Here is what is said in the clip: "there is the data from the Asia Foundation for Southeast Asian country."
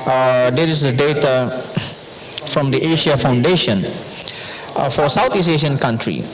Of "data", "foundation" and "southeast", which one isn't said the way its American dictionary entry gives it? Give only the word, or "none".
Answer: southeast